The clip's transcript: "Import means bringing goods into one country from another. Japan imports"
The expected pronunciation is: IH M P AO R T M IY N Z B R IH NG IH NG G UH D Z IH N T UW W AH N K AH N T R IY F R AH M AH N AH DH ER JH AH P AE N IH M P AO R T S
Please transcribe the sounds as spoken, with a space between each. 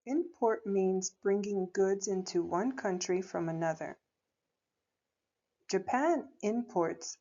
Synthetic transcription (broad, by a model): IH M P AO R T M IY N Z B R IH NG IH NG G UH D Z IH N T UW W AH N K AH N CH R IY F R AH M AH N AH DH ER JH AH P AE N IH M P AO R T S